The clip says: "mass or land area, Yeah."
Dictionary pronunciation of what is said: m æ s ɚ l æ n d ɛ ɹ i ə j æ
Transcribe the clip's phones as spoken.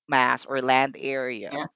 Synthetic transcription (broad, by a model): m æ s ɚ l æ n d ɛ ɹ i ə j